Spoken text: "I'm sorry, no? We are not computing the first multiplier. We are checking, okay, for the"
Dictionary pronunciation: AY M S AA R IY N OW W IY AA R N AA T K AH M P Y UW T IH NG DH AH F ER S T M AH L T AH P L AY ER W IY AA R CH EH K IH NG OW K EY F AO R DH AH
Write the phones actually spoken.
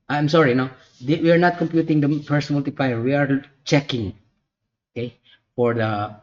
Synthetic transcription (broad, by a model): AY M S AA R IY N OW W IY AA R N AA T K AH M P Y UW T IH NG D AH P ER S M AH L T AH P L AY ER W IY AA R CH EH K IH NG OW K EY F AO R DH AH